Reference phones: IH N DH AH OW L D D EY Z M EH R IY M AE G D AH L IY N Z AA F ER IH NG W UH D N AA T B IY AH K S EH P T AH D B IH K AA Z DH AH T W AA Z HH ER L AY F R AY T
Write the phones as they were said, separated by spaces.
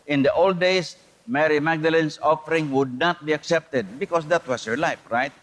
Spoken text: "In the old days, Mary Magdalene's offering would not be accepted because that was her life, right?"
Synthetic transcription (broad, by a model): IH N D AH OW L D D EY S M EH R IY M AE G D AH L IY N S AA F ER IH NG W UH D N AA T B IY AH K S EH P T AH D B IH K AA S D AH T W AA S HH ER L AY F R AY T